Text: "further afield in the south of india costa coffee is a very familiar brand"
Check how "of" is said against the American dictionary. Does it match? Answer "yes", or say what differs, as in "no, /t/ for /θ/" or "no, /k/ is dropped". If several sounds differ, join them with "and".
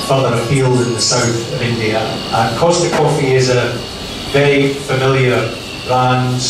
yes